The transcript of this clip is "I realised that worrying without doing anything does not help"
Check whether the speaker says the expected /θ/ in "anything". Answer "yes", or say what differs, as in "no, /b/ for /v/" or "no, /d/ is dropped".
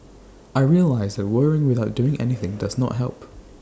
yes